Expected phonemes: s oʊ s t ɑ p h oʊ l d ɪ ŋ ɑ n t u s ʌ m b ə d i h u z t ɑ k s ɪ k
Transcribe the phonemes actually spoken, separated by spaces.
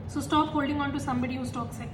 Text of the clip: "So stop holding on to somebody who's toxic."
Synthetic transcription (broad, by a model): s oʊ s t ɑ p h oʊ l d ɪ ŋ ɑ n t u s ʌ m b ə d i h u s t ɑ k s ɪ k